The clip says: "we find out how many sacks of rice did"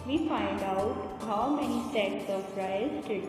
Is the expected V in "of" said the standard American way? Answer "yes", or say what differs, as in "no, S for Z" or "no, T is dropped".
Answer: no, P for V